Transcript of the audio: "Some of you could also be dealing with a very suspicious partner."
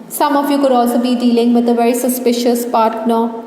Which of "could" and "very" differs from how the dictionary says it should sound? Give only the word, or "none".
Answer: none